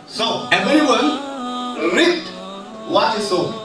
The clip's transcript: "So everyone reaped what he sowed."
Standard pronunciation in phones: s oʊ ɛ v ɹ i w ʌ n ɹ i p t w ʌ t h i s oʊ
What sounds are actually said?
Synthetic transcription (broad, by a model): s oʊ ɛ b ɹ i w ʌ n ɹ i t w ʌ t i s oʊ